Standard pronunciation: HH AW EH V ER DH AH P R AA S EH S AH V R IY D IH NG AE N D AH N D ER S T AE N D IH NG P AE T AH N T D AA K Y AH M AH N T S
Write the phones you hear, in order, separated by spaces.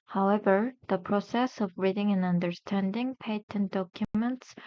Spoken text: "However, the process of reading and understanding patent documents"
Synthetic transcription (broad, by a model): HH AW EH V ER DH AH P R AA S EH S AH V R IY D IH NG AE N AH N D ER S T AE N D IH NG P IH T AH N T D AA K Y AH M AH N T S